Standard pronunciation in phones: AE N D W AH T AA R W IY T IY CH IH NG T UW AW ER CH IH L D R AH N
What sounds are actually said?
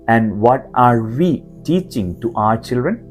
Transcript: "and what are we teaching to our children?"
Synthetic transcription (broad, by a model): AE N D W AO T AA R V IY T IY CH IH NG T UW AW ER CH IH L D R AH N